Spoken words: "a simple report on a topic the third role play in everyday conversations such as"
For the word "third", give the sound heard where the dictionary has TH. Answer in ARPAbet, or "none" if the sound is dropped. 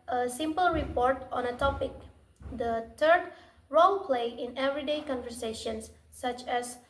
T